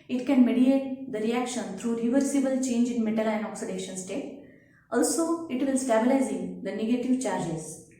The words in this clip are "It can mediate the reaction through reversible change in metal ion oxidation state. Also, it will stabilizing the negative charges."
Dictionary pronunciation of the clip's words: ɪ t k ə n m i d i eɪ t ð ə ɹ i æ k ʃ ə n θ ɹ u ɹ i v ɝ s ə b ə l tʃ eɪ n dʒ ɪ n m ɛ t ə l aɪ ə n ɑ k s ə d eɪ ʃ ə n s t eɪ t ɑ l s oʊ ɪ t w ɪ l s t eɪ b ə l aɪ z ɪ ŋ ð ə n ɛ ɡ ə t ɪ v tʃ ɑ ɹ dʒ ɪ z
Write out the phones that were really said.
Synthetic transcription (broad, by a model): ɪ t k ə n m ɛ d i eɪ t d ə ɹ i æ k ʃ ə n t ɹ u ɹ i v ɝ s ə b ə l tʃ eɪ n dʒ ɪ n m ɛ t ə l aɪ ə n ɑ k s ə d eɪ ʃ ə n s t eɪ t ɑ l s oʊ ɪ t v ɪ l s t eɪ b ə l aɪ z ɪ ŋ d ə n ɛ ɡ ə t ɪ v tʃ ɑ ɹ dʒ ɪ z